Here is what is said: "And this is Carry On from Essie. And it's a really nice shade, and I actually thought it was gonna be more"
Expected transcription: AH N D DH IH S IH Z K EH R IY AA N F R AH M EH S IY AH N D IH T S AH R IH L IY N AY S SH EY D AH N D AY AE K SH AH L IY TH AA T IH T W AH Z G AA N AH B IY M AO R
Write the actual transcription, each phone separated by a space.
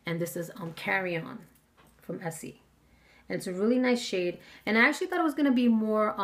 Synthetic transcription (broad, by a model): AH N DH IH S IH Z K EH R IY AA N F R AH M EH S IY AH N IH T S AH R IH L IY N AY S SH EY D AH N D AY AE K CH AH L IY TH AA T IH T W AH Z G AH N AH B IY M AO R